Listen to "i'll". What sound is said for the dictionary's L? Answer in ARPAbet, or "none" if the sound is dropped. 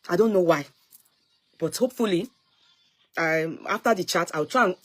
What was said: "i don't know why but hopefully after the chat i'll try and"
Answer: W